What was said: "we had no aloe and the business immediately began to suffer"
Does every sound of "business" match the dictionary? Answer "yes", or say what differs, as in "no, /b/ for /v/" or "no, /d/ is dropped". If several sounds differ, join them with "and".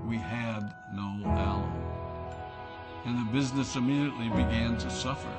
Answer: yes